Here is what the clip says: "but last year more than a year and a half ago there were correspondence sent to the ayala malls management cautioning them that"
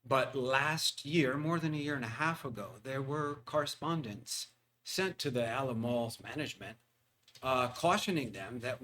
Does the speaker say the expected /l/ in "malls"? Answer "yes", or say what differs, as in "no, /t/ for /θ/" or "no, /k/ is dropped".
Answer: yes